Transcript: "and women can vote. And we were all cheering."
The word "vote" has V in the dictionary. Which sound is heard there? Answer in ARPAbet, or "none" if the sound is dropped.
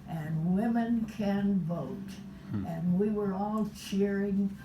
V